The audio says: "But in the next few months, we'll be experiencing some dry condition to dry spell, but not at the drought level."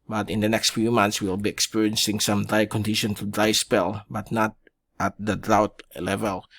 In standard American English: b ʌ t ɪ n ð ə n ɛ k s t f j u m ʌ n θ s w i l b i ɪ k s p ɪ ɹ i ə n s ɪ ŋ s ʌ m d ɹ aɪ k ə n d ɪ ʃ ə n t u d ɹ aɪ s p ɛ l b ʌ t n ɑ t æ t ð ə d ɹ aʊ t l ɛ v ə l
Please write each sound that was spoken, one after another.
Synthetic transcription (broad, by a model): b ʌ t ɪ n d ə n ɛ k s t f j u m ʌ n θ s w i l b i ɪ k s p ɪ ɹ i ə n s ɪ ŋ s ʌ m d ɹ aɪ k ə n d ɪ ʃ ə n t u d ɹ aɪ s p ɛ l b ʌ t n ɑ t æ t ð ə d ɹ aʊ t l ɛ v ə l